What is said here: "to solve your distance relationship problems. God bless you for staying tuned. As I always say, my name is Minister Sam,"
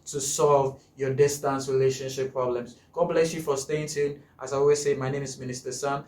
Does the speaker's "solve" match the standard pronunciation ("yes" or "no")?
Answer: yes